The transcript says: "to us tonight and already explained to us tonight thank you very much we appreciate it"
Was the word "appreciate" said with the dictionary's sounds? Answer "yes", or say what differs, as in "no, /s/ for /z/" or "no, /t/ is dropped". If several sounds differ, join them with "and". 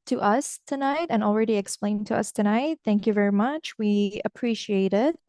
yes